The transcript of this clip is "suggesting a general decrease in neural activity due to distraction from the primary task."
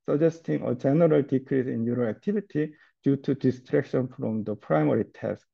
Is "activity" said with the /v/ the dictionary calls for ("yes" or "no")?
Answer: no